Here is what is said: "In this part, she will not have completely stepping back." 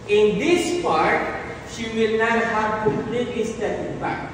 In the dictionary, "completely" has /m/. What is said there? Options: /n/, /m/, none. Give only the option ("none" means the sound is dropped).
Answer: none